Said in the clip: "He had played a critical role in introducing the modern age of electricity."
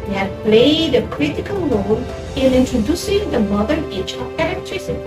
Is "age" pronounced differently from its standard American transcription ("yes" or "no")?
yes